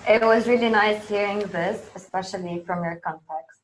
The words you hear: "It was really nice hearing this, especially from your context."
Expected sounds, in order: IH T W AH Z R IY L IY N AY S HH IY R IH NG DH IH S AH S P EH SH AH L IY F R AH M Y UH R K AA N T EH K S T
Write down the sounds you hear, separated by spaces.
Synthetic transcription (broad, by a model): IH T W AH Z R IY L IY N AY S HH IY R IH NG DH IH S AH S P EH SH AH L IY F R AH M Y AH R K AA N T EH K S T